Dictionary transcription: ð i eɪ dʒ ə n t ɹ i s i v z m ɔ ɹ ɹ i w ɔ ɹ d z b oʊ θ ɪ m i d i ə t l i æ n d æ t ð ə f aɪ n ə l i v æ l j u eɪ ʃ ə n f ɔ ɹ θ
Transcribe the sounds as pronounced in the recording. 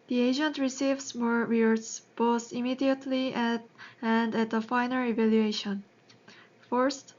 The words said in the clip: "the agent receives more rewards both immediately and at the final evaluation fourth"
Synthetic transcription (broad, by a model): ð i eɪ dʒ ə n t ɹ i s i v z m ɔ ɹ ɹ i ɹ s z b oʊ t ɪ m i d i ə t l i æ n d æ t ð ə f aɪ n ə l i v æ l j u eɪ ʃ ə n f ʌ ɹ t